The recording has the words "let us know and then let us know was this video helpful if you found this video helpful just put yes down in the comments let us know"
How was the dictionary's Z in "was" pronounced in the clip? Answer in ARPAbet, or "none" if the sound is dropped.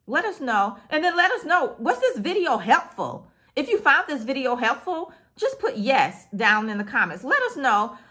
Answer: S